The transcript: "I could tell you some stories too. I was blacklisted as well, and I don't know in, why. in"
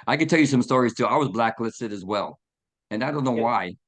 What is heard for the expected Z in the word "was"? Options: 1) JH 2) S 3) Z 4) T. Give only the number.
3